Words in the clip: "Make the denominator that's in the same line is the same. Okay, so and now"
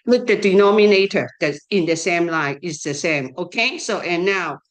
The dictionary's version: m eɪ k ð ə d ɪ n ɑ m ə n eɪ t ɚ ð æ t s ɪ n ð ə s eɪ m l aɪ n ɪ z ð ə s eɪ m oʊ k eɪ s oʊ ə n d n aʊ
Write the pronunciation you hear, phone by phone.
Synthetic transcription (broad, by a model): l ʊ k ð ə d ɪ n ɑ m ə n eɪ t ɚ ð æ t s ɪ n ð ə s eɪ m l aɪ ɪ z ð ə s eɪ m oʊ k eɪ s oʊ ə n n aʊ